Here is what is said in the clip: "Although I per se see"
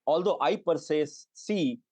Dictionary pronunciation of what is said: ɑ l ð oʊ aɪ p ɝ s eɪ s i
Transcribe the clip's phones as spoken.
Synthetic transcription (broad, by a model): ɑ l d oʊ aɪ p ɝ s eɪ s i